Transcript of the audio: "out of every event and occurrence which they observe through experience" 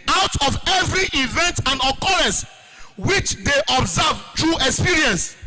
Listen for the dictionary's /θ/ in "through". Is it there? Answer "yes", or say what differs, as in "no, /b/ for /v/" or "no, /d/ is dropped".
no, /t/ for /θ/